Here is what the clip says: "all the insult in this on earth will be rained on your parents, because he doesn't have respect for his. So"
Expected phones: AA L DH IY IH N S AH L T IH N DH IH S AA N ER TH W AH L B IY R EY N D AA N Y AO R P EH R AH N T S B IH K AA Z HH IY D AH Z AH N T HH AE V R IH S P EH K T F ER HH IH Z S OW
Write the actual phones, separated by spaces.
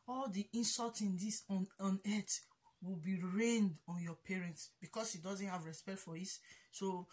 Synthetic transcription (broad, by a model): AA L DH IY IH N S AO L T IH N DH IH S AA N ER T W AH L B IY R EY N D AA N Y AO P EH R AH N T S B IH K AA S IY D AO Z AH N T HH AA V R IH S P EH K T F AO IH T S OW